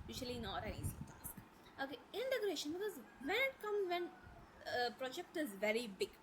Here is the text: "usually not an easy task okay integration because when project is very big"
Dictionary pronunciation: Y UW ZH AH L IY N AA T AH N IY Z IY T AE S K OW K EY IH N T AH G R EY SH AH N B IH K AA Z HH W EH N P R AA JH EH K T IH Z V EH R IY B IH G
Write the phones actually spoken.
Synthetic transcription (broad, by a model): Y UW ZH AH L IY N AA T AH N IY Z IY T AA S K OW K EY IH N T AH G R EY SH AH N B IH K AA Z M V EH N P R AA JH EH K T IH Z V EH R IY B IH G